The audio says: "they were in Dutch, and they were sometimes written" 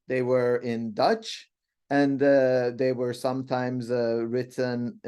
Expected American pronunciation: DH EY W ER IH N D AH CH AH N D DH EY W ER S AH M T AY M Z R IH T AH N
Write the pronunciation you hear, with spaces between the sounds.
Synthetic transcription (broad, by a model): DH EY W ER IH N D AH CH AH N DH EY W ER S AH M T AY M Z R IH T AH N